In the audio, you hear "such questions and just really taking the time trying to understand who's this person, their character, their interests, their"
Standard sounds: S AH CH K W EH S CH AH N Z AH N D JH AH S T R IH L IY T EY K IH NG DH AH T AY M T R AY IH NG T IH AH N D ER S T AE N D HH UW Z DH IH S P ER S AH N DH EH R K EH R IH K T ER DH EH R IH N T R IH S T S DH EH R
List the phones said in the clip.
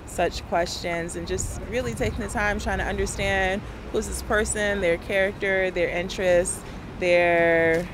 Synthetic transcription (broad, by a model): S AH CH K W EH S CH AH N Z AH N JH AH S T R IH L IY T EY K IH NG DH AH T AY M T R AY IH NG T IH AH N D ER S T AE N D HH UW Z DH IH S P ER S AH N DH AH R K EH R IH K T ER DH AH R IH N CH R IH S T DH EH R